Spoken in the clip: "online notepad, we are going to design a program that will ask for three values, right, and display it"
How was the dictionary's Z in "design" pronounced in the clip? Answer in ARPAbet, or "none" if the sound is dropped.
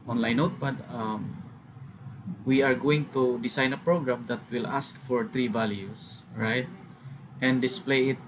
S